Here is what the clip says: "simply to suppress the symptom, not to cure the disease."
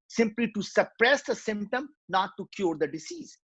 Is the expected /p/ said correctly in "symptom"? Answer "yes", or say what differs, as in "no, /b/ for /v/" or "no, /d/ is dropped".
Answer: yes